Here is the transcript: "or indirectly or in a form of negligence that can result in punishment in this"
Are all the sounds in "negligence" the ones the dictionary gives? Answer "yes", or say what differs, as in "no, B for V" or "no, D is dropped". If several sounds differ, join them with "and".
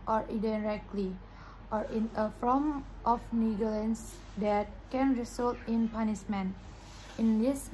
no, L is dropped